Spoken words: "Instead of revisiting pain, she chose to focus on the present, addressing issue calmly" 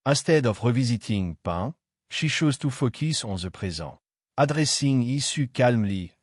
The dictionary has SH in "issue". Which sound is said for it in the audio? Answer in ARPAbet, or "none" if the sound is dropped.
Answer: S